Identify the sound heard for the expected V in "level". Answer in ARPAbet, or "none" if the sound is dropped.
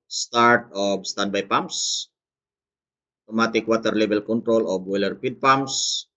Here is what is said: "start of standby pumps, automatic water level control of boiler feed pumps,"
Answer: B